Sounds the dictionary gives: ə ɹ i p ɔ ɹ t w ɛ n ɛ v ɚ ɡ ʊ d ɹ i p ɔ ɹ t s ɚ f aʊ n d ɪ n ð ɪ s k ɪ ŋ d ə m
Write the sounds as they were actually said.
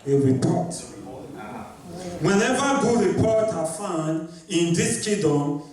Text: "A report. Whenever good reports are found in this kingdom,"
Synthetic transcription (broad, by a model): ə ɹ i p ɔ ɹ t w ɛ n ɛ v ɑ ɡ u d ɹ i p ɔ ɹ t ɑ f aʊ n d ɪ n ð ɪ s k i d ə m